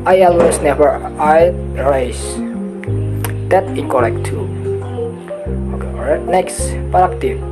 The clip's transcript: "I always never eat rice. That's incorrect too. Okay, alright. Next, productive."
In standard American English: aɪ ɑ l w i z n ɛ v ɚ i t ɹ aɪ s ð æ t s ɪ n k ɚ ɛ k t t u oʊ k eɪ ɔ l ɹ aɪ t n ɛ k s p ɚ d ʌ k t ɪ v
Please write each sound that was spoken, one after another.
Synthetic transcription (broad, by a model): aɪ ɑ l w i s n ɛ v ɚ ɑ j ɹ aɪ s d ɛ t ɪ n k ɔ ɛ k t t u oʊ k eɪ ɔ ɹ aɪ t n ɛ k s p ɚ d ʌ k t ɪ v